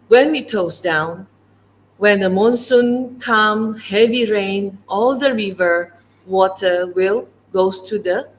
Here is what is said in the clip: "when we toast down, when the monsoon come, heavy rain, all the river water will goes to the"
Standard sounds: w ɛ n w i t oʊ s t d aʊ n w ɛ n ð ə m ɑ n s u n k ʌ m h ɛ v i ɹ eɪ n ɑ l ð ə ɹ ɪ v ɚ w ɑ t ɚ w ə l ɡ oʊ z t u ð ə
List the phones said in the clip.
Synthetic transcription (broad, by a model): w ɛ n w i t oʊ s d aʊ n w ɛ n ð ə m ɑ n s u n k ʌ m h ɛ v i ɹ eɪ n ɑ l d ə ɹ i v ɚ w ɑ t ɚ w ə l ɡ oʊ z t u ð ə